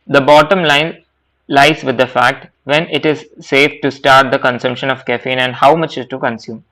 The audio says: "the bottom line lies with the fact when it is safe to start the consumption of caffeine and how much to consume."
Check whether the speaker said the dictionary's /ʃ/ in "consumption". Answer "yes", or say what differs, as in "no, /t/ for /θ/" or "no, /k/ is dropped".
yes